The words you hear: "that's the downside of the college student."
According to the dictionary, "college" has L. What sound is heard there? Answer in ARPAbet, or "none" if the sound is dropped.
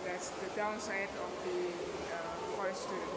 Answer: none